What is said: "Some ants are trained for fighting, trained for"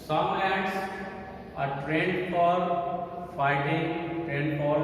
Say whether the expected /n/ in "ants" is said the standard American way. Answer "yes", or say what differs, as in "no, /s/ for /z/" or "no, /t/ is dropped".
no, /n/ is dropped